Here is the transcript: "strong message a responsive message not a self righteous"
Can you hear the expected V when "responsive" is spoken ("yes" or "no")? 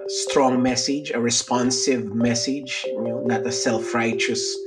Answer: yes